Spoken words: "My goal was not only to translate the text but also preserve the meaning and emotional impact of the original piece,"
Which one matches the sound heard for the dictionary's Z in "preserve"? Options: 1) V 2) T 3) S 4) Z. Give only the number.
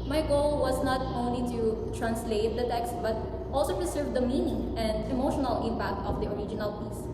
3